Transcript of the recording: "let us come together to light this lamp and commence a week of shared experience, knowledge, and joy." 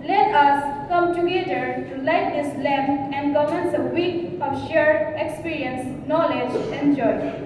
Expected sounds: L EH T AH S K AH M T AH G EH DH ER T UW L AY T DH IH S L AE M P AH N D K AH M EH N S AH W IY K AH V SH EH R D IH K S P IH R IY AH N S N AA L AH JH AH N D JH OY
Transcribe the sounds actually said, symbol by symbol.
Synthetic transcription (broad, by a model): L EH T AH S K AH M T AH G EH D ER T UW L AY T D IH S L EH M AH N D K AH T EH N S AH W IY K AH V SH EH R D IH K S P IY R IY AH N S N AA L AH JH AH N JH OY